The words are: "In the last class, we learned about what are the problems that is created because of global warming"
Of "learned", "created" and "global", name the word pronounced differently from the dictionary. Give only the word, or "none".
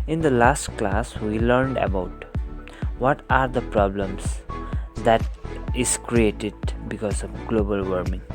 none